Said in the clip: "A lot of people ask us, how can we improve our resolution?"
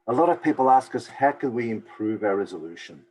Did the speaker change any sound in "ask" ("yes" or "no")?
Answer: no